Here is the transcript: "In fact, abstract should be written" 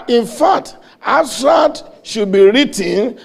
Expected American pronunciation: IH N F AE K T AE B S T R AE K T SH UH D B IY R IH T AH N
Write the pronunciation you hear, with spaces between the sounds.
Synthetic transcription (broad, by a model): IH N F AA K T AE S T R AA T SH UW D B IY R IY T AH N